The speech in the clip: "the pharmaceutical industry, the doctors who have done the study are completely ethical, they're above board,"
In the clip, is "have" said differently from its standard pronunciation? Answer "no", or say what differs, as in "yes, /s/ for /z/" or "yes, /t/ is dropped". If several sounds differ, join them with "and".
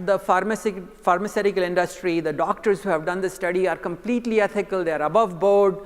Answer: no